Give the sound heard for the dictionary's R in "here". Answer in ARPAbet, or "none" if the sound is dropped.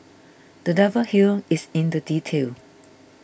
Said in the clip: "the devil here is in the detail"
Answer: L